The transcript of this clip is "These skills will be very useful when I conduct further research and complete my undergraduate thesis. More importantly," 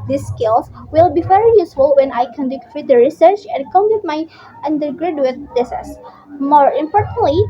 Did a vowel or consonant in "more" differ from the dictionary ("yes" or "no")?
no